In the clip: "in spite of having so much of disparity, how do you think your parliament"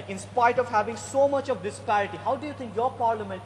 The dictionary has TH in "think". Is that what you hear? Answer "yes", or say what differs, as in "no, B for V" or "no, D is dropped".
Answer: no, T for TH